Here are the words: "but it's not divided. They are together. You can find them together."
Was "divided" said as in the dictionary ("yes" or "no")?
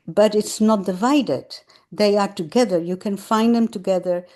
yes